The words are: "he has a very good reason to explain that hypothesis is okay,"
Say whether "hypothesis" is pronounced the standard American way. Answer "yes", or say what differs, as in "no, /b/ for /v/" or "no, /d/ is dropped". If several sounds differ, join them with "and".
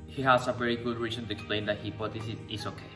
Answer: no, /b/ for /p/ and /s/ is dropped